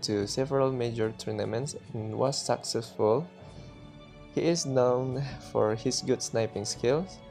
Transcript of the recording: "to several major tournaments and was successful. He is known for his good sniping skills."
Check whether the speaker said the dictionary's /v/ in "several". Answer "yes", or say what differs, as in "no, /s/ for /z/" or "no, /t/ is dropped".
yes